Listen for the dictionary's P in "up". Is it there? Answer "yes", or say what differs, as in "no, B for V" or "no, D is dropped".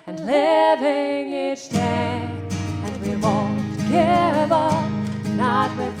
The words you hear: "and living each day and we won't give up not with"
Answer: no, B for P